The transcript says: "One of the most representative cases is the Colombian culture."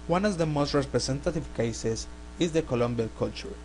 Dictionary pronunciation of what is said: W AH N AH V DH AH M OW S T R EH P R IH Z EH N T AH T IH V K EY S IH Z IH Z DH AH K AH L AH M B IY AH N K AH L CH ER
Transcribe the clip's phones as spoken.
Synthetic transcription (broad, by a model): W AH N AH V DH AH M OW S T R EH P R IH S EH N T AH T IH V K EY S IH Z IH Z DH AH K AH L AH M B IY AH L K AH L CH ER